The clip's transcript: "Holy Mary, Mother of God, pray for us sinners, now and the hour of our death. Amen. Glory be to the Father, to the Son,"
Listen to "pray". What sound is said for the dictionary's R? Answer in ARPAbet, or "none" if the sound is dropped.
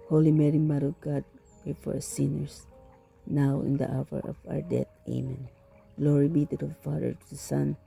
none